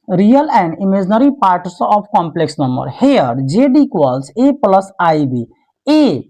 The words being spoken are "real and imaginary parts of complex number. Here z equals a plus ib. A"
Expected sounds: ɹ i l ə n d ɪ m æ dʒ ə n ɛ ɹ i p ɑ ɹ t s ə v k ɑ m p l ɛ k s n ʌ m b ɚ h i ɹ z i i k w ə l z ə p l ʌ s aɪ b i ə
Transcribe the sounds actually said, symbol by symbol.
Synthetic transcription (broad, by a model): ɹ i l ə n d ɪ m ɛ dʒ n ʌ ɹ i p ɑ ɹ t s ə p k ɑ m p l ɛ k s n ʌ m b ɚ h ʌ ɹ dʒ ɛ i k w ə l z ə p l ʌ s aɪ b i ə